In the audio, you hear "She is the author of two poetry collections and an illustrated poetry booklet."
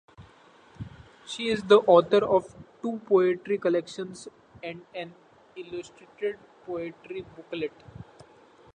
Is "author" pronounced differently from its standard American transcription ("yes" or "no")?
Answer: yes